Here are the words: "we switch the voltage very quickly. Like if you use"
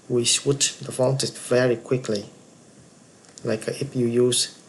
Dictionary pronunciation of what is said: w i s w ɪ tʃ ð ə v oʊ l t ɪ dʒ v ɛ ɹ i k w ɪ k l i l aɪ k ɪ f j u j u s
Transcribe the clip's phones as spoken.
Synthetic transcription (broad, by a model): w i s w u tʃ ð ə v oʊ n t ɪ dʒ v ɛ ɹ i k w ɪ k l i l aɪ k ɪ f j u j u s